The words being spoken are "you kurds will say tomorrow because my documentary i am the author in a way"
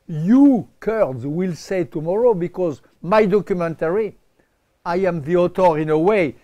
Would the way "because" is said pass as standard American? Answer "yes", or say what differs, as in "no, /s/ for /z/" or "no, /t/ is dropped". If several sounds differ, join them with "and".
yes